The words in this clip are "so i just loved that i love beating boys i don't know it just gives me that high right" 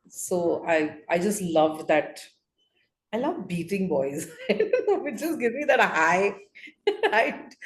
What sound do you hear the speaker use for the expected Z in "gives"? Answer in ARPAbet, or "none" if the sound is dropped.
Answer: none